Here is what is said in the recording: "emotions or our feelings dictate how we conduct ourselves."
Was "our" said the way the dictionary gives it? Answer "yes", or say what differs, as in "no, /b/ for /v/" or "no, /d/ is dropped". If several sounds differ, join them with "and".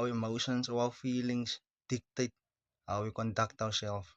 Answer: no, /w/ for /ɹ/